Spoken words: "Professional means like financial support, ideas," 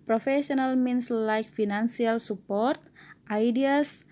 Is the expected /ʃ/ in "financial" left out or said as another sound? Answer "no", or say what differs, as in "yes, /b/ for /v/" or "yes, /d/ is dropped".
yes, /s/ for /ʃ/